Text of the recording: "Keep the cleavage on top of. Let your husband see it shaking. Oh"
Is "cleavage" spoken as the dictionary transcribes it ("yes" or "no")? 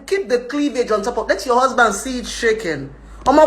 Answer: yes